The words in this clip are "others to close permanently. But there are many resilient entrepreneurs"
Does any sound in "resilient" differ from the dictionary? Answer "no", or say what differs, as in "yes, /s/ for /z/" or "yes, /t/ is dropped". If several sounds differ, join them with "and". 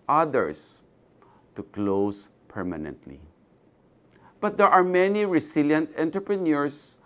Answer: yes, /s/ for /z/